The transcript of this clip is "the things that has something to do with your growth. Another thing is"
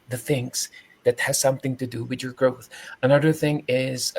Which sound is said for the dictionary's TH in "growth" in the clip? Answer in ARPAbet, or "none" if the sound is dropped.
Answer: TH